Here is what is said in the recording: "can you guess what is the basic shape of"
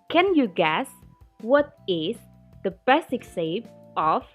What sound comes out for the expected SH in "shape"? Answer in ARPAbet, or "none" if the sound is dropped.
S